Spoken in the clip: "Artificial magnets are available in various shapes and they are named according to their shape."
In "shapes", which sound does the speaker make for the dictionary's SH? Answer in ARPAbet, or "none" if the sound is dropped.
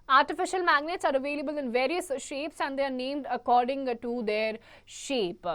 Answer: SH